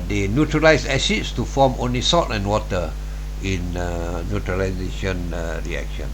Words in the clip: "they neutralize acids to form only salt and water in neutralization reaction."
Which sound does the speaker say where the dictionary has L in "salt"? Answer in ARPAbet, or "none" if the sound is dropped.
none